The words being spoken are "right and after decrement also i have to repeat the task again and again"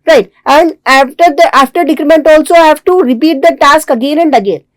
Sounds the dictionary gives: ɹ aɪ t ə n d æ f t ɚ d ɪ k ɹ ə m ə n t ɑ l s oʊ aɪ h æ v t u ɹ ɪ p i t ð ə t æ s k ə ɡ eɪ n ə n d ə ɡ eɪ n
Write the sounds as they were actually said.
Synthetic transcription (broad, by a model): ɹ aɪ t ə n d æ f t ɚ d ɪ k ɹ ə m ə n t ɑ l s oʊ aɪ h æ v t u ɹ ɪ p i t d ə t æ s k ə ɡ eɪ n ə n d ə ɡ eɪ n